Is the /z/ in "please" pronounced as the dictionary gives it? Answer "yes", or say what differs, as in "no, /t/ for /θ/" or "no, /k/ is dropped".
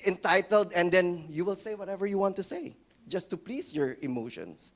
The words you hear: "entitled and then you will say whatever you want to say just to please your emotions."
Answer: no, /s/ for /z/